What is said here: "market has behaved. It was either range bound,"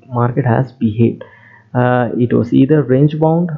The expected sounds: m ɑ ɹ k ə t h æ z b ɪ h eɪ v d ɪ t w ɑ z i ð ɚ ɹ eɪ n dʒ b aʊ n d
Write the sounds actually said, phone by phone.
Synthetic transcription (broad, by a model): m ɑ ɹ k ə t h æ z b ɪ h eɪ d ɪ t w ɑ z i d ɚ ɹ eɪ n dʒ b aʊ n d